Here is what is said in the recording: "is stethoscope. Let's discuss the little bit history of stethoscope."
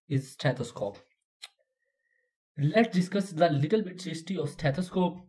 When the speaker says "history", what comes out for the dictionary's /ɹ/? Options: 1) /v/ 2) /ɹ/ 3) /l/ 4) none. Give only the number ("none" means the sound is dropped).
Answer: 4